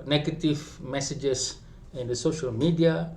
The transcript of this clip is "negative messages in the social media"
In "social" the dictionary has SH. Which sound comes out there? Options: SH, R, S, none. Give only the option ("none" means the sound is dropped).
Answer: SH